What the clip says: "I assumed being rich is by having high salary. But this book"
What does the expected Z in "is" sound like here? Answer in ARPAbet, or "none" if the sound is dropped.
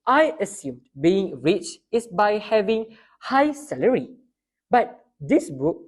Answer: S